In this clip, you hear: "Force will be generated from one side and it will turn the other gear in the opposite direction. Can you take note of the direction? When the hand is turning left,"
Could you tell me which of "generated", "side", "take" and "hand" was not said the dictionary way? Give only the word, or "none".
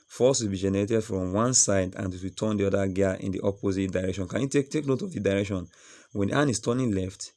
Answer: hand